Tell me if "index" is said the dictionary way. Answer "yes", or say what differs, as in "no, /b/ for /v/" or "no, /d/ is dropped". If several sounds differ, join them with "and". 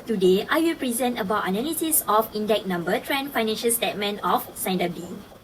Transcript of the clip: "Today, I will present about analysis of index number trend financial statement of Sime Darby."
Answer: no, /s/ is dropped